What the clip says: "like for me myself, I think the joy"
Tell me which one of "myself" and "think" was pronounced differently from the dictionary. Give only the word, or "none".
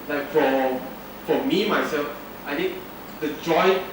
think